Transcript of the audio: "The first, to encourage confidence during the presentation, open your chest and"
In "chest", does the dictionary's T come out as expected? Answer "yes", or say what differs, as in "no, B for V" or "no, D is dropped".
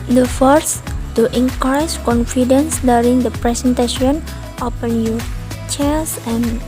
no, T is dropped